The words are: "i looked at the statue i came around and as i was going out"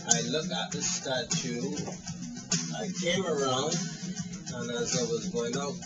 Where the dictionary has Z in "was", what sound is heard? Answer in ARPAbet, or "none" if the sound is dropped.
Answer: Z